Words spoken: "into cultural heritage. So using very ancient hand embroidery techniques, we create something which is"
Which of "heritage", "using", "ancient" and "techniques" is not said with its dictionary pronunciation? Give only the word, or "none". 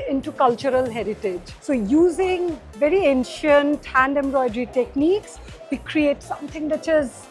none